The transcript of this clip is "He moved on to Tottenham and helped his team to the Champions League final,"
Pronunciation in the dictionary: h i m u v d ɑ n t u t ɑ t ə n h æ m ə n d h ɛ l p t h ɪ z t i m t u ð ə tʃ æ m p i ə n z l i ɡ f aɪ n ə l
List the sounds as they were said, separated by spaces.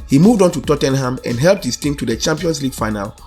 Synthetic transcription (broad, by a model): h i m u v d ɑ n t u t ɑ t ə n h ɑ m ə n d h ɛ l p t h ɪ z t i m t u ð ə tʃ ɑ m p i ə n s l i ɡ f aɪ n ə l